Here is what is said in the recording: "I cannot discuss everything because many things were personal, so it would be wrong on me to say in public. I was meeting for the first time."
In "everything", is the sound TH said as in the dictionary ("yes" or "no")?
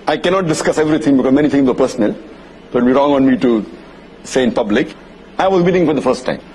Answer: no